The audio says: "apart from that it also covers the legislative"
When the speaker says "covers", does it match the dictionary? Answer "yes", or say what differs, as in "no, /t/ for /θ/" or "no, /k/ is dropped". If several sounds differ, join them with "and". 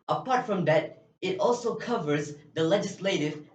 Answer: yes